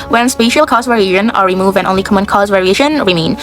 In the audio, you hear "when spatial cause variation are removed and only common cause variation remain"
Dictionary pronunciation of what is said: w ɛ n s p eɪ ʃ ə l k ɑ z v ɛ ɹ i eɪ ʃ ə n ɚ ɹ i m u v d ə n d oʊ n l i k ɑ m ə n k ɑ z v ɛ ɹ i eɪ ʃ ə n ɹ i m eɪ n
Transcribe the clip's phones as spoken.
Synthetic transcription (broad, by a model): w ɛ n s p eɪ ʃ ə l k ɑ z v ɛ ɹ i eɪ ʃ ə n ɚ ɹ i m u v d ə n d oʊ n l i k ɑ m ə n k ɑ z v ɛ ɹ i eɪ ʃ ə n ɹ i m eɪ n